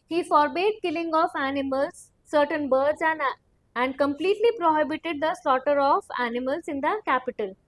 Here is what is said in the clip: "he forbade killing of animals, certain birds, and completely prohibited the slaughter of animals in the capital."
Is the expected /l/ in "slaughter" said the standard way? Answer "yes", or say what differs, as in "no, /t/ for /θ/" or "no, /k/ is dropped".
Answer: yes